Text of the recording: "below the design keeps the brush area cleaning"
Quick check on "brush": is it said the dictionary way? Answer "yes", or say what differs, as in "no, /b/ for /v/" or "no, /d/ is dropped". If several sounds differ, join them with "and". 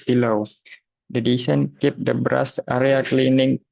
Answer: no, /s/ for /ʃ/